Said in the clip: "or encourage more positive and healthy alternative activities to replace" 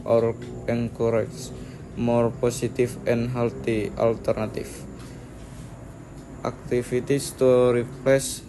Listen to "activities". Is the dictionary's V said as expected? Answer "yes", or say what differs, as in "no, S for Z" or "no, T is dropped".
no, F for V